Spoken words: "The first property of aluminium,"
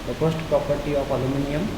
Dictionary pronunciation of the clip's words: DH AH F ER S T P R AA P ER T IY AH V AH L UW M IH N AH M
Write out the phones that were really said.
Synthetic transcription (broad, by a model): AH P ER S T P R AA P ER T IY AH P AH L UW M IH N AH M